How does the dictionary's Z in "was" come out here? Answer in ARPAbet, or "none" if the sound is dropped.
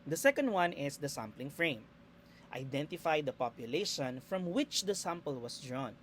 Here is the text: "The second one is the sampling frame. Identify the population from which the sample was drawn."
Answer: S